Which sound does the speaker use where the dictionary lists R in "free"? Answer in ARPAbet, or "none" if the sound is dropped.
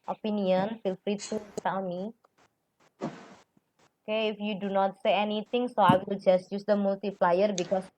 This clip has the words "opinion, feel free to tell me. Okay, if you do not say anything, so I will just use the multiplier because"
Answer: R